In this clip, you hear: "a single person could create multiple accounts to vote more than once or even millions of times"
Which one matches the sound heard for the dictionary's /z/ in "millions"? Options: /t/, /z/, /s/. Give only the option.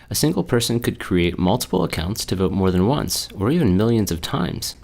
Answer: /z/